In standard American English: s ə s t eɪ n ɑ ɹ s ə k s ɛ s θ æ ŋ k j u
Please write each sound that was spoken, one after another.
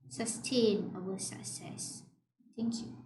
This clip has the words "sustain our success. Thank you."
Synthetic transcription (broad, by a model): s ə s t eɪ n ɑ w s ə k s ɛ s t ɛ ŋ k j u